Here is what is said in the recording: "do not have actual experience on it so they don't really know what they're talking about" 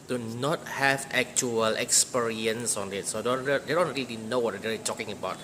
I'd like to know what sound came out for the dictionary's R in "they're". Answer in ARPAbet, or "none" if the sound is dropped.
L